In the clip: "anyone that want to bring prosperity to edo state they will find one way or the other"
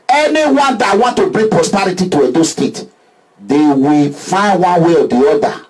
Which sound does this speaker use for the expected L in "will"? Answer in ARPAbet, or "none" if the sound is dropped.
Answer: L